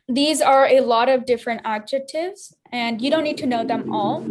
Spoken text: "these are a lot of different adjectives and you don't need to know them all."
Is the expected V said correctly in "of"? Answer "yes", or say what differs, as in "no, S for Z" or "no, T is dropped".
yes